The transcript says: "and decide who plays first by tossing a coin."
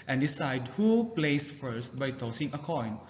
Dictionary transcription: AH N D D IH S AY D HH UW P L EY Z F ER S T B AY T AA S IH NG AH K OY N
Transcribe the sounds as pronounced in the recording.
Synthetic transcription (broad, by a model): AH N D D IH S AY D HH UW P L EY S F ER S T B AY T AA S IH NG AH K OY N